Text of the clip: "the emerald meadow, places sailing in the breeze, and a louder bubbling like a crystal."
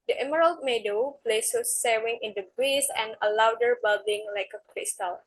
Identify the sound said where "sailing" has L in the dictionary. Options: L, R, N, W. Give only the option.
W